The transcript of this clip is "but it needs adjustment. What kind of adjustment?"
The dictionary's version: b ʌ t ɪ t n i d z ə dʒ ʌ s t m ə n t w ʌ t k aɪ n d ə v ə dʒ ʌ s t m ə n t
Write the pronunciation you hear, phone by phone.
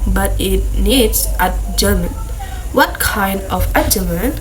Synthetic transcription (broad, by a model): b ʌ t ɪ t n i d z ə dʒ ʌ m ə n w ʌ t k aɪ n d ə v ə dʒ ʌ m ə n